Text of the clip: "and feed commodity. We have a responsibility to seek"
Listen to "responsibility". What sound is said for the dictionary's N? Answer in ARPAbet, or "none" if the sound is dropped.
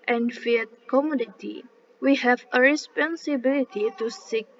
N